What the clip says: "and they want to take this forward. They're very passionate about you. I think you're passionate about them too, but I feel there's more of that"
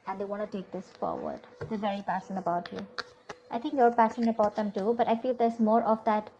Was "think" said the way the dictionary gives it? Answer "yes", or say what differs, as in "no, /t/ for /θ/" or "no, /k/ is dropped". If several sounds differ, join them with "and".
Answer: no, /t/ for /θ/